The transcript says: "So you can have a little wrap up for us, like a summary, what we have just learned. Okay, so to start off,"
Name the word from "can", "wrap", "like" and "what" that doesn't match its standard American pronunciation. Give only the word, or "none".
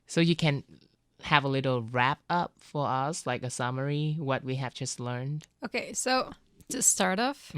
none